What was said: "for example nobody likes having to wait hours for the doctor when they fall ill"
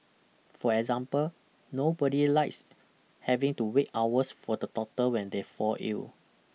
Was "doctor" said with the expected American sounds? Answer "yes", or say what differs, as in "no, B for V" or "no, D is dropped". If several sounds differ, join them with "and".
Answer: no, K is dropped